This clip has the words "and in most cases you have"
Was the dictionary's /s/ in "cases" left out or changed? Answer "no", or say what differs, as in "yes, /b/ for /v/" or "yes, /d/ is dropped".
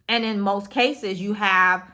no